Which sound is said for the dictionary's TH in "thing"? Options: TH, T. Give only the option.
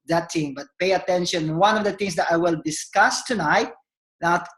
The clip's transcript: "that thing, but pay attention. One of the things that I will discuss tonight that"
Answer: T